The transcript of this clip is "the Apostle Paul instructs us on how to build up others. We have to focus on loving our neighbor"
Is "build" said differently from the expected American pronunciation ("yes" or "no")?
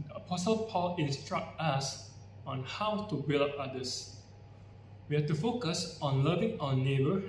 yes